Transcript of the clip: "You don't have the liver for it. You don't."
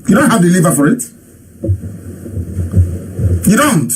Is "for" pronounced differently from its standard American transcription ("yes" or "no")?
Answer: no